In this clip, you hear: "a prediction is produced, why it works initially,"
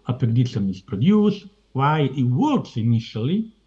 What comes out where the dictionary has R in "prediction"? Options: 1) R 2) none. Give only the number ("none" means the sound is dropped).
2